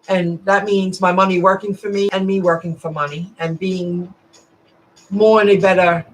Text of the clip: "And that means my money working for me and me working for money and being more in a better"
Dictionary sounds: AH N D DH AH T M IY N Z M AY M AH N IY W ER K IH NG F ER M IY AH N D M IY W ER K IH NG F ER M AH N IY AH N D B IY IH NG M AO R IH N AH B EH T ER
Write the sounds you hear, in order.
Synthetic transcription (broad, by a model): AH N DH AH T M IY N Z M AY M AH N IY W ER K IH NG F ER M IY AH N M IY W ER K IH NG F ER M AH N IY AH N B IY IH NG M AO R IH N AH B EH T ER